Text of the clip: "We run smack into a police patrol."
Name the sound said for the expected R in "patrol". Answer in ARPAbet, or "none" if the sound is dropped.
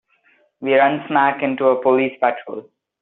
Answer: R